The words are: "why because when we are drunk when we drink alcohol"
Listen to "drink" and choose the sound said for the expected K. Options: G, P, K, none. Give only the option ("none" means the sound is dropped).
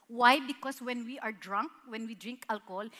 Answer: K